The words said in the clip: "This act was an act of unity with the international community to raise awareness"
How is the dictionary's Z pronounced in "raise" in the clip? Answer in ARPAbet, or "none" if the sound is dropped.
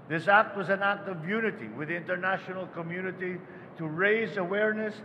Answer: Z